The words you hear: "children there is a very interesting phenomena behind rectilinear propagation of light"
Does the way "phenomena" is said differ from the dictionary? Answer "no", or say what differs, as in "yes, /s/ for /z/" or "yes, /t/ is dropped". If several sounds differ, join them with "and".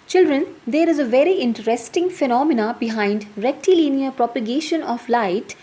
no